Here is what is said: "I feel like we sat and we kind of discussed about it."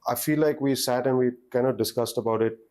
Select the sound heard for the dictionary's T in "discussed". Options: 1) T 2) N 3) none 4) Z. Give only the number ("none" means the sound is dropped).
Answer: 1